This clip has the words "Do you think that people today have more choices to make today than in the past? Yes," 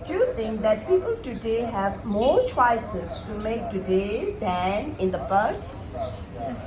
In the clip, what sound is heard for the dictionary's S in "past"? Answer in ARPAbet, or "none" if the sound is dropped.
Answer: none